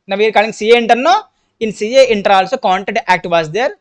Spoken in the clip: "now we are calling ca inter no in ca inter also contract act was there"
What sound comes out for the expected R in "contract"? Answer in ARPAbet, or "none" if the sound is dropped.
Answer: none